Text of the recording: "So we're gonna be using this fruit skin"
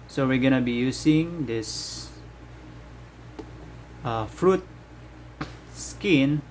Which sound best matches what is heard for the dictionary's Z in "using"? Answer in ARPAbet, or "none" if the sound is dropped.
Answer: S